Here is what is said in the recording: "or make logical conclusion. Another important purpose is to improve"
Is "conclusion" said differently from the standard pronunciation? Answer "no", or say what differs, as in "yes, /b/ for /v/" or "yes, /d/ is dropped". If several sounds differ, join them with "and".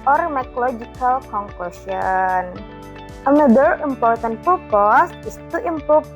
yes, /l/ is dropped and /s/ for /ʒ/